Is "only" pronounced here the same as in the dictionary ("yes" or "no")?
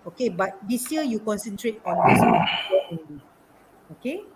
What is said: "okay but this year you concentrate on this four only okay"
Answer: no